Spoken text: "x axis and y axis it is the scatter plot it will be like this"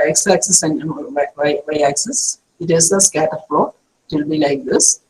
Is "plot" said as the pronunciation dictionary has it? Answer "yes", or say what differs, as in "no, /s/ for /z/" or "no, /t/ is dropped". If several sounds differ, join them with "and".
no, /f/ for /p/